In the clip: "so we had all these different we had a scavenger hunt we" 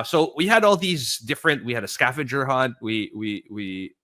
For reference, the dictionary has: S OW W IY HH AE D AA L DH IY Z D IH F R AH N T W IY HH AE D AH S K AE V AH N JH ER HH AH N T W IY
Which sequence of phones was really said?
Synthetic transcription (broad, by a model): S OW W IY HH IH D AA L DH IY Z D IH F R AH N T W IY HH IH D AH S K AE F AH JH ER HH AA N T W IY